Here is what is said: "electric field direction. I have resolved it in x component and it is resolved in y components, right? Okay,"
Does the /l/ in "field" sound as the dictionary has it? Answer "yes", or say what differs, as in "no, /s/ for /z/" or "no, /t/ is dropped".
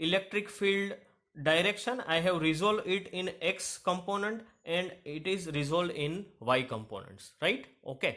yes